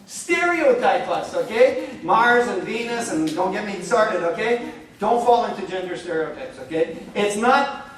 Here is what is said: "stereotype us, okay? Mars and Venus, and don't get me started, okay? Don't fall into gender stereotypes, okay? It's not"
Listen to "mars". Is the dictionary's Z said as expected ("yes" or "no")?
yes